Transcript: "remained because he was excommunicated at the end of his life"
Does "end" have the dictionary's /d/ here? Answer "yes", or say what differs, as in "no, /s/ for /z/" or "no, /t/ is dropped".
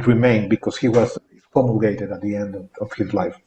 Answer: yes